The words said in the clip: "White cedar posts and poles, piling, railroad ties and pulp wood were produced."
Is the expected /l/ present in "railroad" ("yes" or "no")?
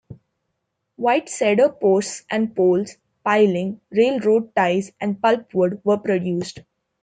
yes